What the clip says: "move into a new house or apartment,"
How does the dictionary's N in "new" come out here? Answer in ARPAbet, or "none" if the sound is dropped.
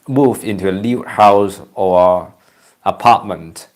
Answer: L